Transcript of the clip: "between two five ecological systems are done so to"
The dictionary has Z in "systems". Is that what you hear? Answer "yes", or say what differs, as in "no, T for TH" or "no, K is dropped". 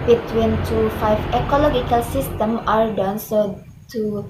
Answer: no, Z is dropped